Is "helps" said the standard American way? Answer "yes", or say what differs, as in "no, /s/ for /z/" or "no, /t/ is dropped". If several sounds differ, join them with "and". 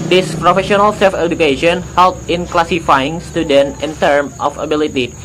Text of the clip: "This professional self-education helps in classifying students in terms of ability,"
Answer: no, /s/ is dropped